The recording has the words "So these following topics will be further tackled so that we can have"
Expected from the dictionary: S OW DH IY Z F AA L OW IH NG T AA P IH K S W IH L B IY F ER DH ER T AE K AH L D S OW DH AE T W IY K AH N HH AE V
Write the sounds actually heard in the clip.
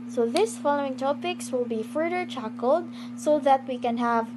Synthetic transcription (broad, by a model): S OW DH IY S F AA L OW IH NG T AA P IH K S W IH L B IY F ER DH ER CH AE K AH L D S OW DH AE T W IY K AH N HH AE V